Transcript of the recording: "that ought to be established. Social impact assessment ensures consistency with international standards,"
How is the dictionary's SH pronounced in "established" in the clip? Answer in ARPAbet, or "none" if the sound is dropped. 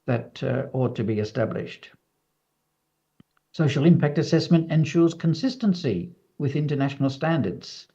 SH